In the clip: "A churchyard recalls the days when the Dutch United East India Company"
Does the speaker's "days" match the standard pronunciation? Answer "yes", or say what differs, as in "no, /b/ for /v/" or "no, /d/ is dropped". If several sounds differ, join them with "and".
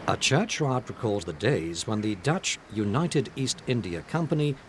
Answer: yes